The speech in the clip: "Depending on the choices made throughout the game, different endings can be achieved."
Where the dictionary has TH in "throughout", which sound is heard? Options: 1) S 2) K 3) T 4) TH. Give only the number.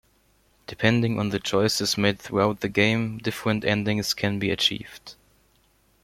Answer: 4